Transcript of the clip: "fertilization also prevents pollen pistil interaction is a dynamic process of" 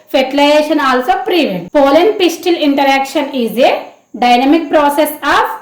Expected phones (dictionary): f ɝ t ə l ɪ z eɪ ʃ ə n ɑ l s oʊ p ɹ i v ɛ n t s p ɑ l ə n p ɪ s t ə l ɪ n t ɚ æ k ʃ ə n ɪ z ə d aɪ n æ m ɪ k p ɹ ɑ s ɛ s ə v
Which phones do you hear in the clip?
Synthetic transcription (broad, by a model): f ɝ t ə l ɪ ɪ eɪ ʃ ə n ɑ l s oʊ p ɹ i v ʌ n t p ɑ l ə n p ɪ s t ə l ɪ n t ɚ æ k ʃ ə n ɪ z ə d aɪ n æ m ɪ k p ɹ ɑ s ɛ s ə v